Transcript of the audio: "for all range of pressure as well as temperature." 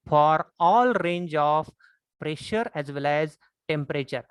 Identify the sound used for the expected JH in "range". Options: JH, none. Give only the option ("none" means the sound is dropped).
JH